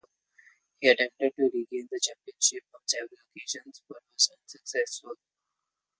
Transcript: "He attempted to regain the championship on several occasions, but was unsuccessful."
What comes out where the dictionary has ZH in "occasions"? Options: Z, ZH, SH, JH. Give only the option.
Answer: SH